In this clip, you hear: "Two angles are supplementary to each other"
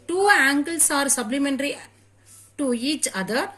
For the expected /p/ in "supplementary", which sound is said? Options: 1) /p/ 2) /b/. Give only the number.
2